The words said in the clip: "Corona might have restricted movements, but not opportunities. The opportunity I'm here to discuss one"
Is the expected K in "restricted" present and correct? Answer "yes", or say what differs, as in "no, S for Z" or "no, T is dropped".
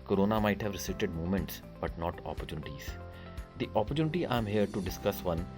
no, K is dropped